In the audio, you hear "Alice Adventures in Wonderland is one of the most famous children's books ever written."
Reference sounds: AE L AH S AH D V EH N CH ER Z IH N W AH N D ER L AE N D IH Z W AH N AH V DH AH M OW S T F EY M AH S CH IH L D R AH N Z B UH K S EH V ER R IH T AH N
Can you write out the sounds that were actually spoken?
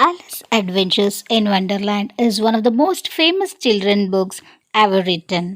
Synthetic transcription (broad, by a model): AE L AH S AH D V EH N CH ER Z IH N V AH N D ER L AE N D IH Z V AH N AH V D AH M OW S T F EY M AH S CH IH L D R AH N B UH K S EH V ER R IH T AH N